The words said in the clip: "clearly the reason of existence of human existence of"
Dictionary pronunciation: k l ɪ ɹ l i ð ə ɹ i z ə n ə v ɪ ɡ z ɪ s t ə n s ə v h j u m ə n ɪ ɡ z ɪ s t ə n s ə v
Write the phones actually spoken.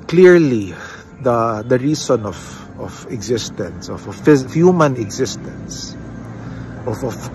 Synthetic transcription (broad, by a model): k l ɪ ɹ l i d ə ɹ i s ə n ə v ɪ ɡ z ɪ s t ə n s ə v h j u m ə n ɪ ɡ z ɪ s t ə n s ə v